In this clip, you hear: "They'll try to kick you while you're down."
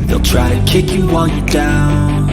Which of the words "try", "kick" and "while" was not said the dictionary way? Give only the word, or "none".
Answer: while